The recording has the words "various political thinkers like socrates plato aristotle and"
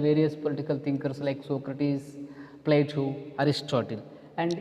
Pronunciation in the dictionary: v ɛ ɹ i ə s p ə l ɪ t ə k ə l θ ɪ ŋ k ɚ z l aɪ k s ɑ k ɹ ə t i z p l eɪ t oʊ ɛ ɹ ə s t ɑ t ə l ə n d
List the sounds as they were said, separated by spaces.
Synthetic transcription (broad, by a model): v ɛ ɹ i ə s p ə l ɪ t ə k ə l t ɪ ŋ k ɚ s l aɪ k s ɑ k ɹ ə t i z p l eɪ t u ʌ ɹ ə s t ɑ t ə l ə n d